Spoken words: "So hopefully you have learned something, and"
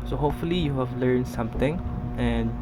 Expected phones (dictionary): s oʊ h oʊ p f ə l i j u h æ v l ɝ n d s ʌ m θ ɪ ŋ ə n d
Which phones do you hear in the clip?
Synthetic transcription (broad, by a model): s oʊ h oʊ p f ə l i j u h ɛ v l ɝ n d s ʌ m t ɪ ŋ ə n